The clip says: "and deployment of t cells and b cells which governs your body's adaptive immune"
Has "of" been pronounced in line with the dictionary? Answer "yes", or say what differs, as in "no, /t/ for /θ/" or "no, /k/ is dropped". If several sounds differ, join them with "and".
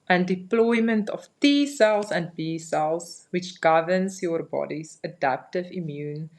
no, /f/ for /v/